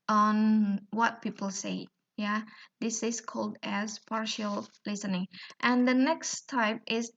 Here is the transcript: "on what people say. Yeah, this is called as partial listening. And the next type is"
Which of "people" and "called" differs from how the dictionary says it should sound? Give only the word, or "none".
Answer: none